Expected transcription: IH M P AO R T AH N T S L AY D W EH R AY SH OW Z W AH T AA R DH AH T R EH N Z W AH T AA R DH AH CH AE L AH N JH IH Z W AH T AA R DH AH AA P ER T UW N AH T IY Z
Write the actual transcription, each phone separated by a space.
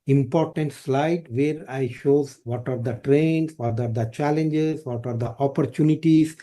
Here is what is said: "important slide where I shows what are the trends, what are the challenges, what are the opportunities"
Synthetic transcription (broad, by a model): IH M P AO R T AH N T S L AY D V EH R AY SH OW Z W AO T AA R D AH T R EH N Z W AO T AA R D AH CH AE L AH N JH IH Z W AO T AA R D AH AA P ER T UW N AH T IY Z